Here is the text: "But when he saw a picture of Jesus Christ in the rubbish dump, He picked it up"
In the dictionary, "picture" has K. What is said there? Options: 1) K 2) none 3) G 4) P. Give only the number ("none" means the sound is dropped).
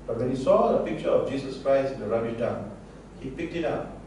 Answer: 1